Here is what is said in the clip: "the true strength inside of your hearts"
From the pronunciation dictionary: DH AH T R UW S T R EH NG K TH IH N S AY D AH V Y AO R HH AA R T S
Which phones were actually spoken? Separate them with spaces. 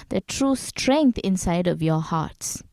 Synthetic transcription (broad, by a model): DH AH T R UW S T R EH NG K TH IH N S AY D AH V Y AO HH AA T S